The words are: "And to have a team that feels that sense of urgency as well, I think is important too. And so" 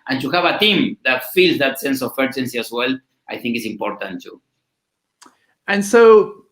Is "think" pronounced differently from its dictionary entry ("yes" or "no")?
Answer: no